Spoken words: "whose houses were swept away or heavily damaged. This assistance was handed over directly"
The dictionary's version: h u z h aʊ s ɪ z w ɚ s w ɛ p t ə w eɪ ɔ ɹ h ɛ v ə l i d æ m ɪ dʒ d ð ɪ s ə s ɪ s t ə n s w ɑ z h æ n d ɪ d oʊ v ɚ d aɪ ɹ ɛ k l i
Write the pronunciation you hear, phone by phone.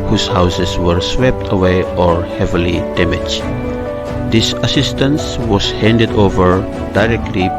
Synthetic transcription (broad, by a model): h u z h aʊ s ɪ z w ɚ s w ɛ p t ə w eɪ ɔ ɹ h ɛ v ə l i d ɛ m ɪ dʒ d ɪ s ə s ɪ s t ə n s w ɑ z h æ n d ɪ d oʊ v ɚ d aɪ ɹ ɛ k l i